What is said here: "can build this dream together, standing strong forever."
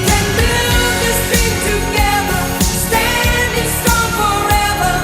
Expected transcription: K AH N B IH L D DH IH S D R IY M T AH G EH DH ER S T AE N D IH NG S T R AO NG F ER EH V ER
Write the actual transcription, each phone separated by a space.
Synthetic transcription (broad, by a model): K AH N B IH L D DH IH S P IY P T AH G EH DH ER S T AE N D IH NG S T AO F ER EH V ER